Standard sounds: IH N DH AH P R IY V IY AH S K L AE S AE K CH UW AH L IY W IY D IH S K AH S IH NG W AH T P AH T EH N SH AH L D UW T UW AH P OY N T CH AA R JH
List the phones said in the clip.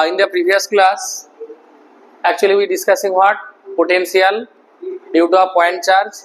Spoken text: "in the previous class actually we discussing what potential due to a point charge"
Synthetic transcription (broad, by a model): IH N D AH P R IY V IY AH S K L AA S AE K CH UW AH L IY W IY D IH S K AH S IH NG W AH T P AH T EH N S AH L D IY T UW AH P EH N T CH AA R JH